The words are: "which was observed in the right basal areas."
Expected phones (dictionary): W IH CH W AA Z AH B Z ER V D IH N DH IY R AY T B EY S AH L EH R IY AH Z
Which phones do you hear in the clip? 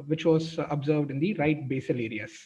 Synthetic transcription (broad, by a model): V IH CH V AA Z AH B Z ER V D IH N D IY R AY T B EY S AH L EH R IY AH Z